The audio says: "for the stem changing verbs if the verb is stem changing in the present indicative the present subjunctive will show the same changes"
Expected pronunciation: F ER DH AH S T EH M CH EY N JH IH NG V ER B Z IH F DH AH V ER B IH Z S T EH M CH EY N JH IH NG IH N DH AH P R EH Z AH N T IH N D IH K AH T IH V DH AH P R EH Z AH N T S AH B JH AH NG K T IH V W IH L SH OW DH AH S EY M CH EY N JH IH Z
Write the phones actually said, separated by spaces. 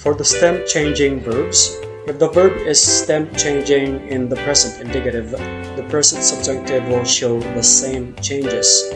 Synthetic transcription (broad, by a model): F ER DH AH S T EH M CH EY N JH IH NG V ER B Z IH F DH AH V ER B IH Z S T EH M CH EY N JH IH NG IH N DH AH P R EH Z AH N T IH N D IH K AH T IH V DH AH P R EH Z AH N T S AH B JH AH K T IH V W IH L SH OW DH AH S EY M CH EY N JH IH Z